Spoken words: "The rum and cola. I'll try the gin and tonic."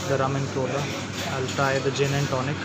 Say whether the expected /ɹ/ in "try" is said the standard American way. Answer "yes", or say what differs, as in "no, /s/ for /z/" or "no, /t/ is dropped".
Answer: no, /ɹ/ is dropped